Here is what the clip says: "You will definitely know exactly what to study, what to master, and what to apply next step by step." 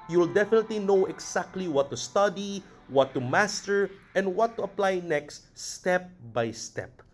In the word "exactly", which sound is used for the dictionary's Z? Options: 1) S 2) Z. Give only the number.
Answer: 1